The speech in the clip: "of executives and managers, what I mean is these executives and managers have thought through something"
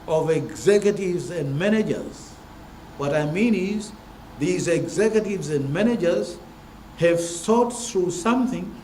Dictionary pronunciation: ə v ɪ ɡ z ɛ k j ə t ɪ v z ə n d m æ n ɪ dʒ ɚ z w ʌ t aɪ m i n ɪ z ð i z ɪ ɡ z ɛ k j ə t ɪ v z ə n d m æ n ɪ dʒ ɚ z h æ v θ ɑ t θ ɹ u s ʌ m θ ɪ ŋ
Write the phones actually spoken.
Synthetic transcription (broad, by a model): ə v ɪ ɡ z ɛ k j ə t ɪ v z ə n d m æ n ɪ dʒ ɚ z w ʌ t aɪ m i n ɪ z ð i z ɪ ɡ z ɛ k j ə t ɪ v z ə n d m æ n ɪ dʒ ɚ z h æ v s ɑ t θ ɹ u s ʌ m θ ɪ ŋ